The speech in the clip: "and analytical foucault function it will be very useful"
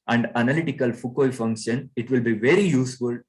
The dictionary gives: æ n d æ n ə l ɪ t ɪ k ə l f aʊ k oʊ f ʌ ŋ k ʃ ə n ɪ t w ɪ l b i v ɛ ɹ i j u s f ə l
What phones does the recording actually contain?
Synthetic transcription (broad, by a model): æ n d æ n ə l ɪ t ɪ k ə l f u k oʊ f ʌ ŋ k ʃ ə n ɪ t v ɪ l b i v ɛ ɹ i j u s f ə l